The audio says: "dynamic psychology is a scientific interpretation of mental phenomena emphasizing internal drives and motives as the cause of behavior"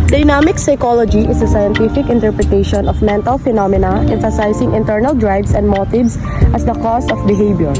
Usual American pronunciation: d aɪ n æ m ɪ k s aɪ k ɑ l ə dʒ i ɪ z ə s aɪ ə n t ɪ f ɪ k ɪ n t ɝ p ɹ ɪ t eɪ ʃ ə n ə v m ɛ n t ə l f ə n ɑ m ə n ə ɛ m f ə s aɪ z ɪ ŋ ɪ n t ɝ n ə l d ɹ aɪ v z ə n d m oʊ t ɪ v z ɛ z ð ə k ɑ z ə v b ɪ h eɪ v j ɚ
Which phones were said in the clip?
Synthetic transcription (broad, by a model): d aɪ n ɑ m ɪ k s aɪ k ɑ l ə dʒ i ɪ s ə s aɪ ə n t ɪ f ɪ k ɪ n t ɝ p ɹ ɪ t eɪ ʃ ə n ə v m ɛ n t ə l f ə n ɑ m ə n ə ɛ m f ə s aɪ s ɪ ŋ ɪ n t ɝ n ə l d ɹ aɪ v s ə n d m oʊ t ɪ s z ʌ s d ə k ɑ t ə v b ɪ h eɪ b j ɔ